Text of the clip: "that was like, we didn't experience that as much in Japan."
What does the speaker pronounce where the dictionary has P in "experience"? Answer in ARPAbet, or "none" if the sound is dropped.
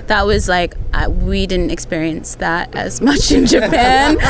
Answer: P